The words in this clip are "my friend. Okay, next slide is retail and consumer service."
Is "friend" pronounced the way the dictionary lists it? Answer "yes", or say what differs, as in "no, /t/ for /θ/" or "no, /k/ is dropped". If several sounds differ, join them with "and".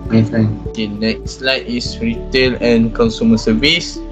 no, /ɹ/ is dropped